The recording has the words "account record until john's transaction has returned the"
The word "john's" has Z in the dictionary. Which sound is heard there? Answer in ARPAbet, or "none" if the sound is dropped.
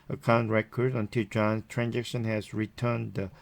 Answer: none